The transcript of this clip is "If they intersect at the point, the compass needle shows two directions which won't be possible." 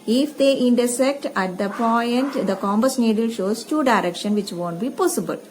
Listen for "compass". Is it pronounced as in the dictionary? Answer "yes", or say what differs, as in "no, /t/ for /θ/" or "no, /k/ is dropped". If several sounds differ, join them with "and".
no, /b/ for /p/